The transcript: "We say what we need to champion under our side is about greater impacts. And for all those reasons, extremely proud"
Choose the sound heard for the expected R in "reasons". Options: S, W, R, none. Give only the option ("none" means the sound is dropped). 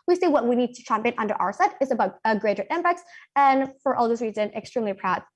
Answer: W